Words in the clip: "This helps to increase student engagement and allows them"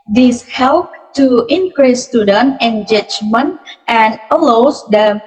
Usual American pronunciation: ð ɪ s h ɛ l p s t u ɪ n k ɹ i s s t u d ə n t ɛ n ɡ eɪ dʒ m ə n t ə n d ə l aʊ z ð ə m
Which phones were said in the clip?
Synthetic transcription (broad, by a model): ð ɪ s h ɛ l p t u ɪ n k ɹ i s s t u d ə n t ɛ n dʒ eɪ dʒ m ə n t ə n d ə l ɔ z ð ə